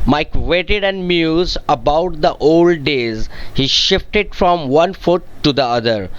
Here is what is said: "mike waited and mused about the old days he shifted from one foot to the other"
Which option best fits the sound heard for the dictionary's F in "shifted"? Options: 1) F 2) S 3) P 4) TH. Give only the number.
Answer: 1